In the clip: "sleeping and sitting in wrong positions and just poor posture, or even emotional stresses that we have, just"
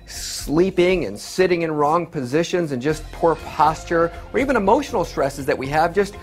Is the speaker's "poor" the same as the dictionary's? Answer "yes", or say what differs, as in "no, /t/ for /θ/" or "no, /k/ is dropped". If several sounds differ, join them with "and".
yes